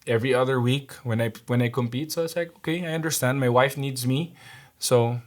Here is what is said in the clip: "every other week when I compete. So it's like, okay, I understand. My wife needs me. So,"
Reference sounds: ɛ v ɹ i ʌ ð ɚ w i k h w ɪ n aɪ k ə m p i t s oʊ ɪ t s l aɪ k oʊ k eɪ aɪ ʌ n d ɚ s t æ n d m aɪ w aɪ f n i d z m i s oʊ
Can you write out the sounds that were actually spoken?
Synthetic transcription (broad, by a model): ɛ v ɹ i ʌ ð ɚ w i k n w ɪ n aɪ k ə m p i t s oʊ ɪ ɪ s l aɪ k oʊ k eɪ aɪ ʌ n d ɚ s t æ n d m aɪ w aɪ f n i d z m i s oʊ